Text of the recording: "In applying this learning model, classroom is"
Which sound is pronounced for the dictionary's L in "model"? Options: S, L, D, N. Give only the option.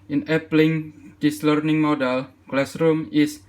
L